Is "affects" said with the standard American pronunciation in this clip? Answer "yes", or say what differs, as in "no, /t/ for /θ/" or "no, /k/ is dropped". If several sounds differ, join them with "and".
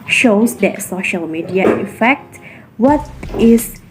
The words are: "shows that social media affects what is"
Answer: no, /s/ is dropped